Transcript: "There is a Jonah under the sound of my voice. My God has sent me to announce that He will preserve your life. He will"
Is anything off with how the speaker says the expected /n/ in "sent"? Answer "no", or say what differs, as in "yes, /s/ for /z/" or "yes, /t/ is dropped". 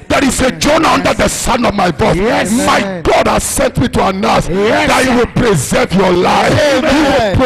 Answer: no